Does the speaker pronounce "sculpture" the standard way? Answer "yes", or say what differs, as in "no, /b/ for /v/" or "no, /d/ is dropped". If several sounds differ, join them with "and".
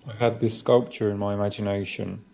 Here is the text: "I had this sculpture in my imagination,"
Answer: yes